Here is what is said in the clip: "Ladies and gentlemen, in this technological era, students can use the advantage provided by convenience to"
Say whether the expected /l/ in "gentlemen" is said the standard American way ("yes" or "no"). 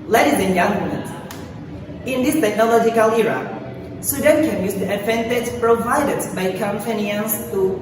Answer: no